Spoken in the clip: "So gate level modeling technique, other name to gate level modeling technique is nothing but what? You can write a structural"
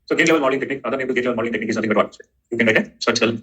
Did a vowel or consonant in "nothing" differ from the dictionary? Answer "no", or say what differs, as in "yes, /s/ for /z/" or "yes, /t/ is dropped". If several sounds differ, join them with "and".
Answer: yes, /t/ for /θ/